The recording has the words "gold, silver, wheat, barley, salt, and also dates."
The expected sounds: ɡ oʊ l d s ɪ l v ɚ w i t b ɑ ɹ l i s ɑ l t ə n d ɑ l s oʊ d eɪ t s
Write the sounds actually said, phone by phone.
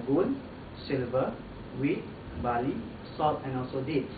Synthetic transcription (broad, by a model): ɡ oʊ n s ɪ l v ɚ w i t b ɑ l i s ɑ t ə n ɑ l s oʊ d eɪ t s